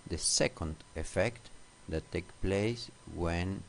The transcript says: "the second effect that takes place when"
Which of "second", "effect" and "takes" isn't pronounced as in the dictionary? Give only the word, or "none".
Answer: takes